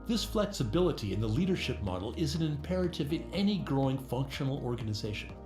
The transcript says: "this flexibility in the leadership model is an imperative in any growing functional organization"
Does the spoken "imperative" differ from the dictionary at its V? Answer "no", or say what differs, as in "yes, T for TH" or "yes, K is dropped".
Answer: no